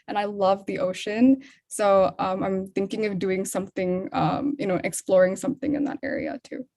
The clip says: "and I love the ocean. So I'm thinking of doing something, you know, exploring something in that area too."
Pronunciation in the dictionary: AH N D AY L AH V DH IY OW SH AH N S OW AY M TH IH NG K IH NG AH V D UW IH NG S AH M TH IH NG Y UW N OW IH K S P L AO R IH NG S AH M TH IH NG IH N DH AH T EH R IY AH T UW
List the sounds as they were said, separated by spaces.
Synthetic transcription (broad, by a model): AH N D AY L AH V DH IY OW SH AH N S OW AY M TH IH NG K IH NG AH V D UW IH NG S AH M TH IH NG Y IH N OW IH K S P L AO R IH NG S AH M TH IH NG IH N DH AH T EH R IY AH T UW